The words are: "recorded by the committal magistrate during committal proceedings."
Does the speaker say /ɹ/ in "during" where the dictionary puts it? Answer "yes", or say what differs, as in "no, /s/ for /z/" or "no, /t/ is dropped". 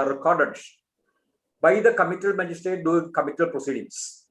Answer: no, /ɹ/ is dropped